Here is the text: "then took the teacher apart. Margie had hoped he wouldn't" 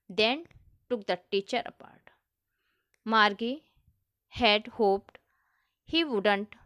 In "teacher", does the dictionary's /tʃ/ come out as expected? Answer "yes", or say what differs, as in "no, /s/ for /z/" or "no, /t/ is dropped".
yes